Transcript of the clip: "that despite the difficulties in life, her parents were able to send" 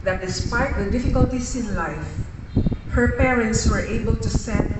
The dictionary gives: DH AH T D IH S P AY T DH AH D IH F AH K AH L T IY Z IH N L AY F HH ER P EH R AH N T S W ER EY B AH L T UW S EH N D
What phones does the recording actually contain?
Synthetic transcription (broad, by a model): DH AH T D IH S P AY T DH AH D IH F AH K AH L T IY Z IH N L AY F HH ER P EH R AH N T S W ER EY B AH L T UW S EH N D